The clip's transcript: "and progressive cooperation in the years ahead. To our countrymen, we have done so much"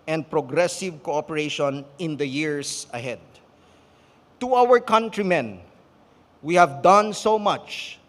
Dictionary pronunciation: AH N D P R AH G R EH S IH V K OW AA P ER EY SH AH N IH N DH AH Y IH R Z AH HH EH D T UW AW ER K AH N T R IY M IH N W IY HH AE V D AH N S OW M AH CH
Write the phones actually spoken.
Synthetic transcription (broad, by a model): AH N D P R AH G R EH S IH V K OW AA P ER EY SH AH N IH N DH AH Y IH R S AH HH EH D T UW AW ER K AH N T R IY M IH N W IY HH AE V D AH N S OW M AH CH